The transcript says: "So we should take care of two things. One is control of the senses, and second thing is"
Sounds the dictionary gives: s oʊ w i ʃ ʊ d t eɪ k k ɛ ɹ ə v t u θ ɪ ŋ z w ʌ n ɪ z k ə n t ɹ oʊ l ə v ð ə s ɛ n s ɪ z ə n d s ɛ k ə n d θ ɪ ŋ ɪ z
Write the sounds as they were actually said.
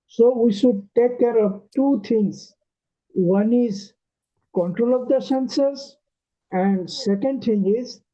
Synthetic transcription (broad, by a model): s oʊ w i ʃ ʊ d t eɪ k k ɛ ɹ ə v t u t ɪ ŋ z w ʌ n ɪ z k ə n t ɹ oʊ l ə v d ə s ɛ n s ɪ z ə n d s ɛ k ə n d t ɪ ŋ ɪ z